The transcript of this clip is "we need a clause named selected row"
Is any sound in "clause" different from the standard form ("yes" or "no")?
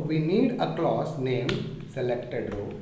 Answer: yes